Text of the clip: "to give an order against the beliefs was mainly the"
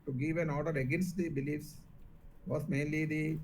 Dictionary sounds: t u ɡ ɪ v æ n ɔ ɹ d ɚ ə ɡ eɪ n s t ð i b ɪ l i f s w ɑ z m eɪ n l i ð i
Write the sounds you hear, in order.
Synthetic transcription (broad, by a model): t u ɡ ɪ v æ n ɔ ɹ d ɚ ə ɡ eɪ n s t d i b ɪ l i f s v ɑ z m eɪ n l i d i